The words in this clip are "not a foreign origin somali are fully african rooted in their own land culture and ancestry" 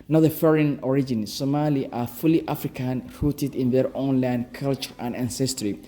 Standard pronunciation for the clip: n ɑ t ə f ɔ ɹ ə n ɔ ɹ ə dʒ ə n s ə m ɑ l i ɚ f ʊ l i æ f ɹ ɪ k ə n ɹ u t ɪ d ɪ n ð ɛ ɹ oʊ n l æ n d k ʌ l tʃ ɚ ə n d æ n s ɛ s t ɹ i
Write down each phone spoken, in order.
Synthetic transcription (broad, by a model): n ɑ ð ə f ɔ ɹ ə n ɔ ɹ ə dʒ ə n s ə m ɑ l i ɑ f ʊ l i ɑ f ɹ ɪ k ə n ɹ u t ɪ d ɪ n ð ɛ ɹ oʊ n l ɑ n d k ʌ l tʃ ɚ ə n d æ n s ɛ s t ɹ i